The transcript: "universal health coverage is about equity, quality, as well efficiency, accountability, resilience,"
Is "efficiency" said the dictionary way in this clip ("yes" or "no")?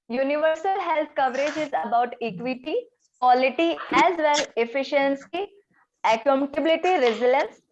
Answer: yes